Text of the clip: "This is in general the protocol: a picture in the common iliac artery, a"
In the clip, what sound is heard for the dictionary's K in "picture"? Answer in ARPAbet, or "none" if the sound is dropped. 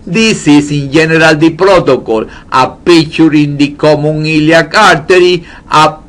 none